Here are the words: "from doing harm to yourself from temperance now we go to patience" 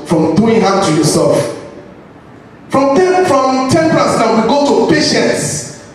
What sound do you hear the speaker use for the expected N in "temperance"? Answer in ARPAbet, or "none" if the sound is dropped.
none